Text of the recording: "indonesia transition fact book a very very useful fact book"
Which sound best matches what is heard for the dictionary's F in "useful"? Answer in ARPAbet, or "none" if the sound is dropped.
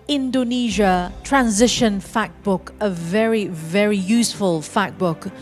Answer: F